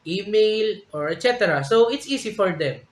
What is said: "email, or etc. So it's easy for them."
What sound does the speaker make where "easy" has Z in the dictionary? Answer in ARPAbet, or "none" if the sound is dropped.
S